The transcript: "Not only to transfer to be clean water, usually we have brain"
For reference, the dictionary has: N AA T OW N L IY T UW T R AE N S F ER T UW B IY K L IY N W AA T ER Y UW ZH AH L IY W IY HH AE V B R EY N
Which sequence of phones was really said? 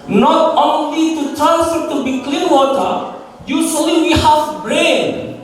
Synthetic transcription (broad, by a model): N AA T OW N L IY T UW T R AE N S ER T UW B IY K L IY N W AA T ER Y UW S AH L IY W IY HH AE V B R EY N